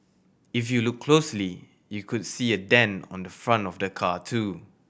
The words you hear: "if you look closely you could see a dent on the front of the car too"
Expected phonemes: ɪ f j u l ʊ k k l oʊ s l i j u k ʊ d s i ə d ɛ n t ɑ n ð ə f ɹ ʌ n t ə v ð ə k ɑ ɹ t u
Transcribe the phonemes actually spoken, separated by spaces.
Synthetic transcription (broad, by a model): ɪ f j u l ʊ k k l oʊ s l i j u k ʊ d s i ə d ɛ n ɑ n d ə f ɹ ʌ n t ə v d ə k ɑ t u